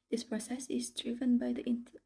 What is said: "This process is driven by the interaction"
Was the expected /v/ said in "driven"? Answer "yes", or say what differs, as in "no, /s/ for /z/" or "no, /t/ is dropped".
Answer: yes